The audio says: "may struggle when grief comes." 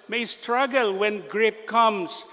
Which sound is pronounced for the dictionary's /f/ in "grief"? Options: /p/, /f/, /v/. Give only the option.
/p/